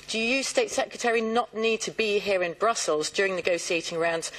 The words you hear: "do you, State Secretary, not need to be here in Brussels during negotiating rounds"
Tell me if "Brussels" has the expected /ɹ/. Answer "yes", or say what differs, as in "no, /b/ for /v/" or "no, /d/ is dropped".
yes